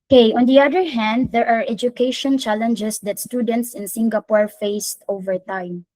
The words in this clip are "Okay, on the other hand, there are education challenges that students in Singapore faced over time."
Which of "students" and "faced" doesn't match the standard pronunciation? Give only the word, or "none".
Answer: none